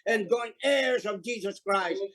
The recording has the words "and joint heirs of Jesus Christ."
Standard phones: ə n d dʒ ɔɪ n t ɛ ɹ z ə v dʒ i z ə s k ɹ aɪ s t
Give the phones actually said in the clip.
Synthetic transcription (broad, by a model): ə n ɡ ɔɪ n ɛ ɹ z ə v dʒ i z ə s k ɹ aɪ s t